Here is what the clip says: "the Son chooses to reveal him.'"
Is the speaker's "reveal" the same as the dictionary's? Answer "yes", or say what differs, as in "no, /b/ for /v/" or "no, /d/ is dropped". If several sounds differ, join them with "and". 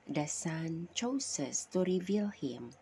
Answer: yes